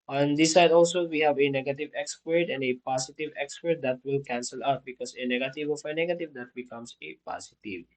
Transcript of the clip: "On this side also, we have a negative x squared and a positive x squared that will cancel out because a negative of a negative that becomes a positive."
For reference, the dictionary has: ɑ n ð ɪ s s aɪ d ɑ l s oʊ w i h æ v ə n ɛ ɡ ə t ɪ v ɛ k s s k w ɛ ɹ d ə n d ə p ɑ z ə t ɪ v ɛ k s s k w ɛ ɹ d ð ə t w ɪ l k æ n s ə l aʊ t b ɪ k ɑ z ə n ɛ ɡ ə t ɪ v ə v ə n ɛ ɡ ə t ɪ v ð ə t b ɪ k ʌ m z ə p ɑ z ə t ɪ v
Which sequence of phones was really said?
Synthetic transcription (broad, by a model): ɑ n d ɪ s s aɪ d ɑ l s oʊ w i h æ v ə n ɛ ɡ ə t ɪ v ɛ k s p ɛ ɹ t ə n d ə p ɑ s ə t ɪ v ɛ k s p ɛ ɹ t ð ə t w ɪ l k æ n s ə l aʊ t b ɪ k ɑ s ə n ɛ ɡ ə t ɪ v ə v ə n ɛ ɡ ə t ɪ v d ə t b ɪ k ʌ m s ə p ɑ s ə t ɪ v